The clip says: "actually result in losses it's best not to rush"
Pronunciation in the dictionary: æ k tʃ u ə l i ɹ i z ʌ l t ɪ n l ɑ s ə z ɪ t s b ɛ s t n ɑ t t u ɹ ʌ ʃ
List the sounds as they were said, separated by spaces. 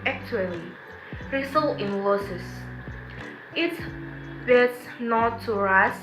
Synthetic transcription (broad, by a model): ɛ k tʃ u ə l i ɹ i s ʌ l ɪ n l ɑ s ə s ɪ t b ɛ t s n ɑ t t u ɹ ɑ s